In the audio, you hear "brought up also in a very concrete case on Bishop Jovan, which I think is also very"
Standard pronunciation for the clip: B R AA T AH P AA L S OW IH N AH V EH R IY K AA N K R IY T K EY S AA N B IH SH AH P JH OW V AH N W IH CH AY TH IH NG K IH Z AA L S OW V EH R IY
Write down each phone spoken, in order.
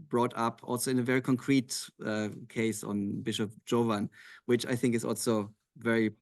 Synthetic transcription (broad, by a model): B R AA T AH P AA L S OW IH N AH V EH R IY K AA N K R IY T K EY S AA N B IH SH AH P JH OW V AH N W IH CH AY TH IH NG K IH Z AA L S OW V EH R IY